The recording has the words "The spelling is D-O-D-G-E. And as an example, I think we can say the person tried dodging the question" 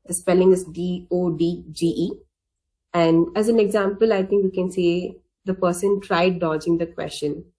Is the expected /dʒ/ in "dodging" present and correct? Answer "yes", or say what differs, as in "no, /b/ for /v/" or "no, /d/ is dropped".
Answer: yes